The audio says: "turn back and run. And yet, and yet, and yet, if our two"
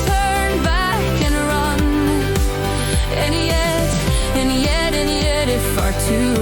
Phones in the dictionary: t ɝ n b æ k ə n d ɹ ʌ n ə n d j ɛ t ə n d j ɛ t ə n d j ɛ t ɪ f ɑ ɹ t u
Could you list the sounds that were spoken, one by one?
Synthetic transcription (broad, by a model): t ɝ n b æ k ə n ɹ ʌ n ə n j ɛ t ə n j ɛ t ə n j ɛ t ɪ f ɑ ɹ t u